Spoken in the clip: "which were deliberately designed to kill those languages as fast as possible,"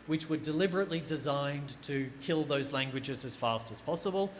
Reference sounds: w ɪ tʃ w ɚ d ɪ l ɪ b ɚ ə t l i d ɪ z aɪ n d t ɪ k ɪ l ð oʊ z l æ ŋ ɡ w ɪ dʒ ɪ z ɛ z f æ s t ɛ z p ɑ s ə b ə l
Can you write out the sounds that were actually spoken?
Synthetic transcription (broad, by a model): w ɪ tʃ w ɚ d ɪ l ɪ b ɚ ə t l i d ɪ z aɪ n t ɪ k ɪ l ð oʊ z l æ ŋ ɡ w ɪ dʒ ɪ z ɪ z f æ s t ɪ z p ɑ s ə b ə l